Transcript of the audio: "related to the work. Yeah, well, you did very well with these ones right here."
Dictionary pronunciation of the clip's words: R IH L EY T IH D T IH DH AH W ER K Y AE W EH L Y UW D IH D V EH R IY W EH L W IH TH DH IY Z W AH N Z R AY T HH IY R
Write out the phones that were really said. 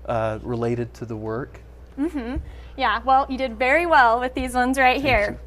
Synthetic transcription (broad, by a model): R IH L EY T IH D T IH DH AH W ER K Y AE W EH L Y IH D IH D V EH R IY W EH L W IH DH IY Z W AH N Z R AY T HH IY R